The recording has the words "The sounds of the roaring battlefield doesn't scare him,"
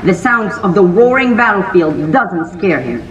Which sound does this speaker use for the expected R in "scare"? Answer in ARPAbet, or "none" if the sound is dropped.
R